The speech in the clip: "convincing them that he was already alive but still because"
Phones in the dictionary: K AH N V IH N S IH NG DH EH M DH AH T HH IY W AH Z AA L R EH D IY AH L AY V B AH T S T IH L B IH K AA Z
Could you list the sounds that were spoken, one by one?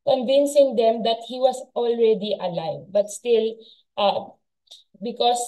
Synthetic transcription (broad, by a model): K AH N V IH N S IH NG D EH M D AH T HH IY W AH S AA L R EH D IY AH L AY V B AH T S T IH L B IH K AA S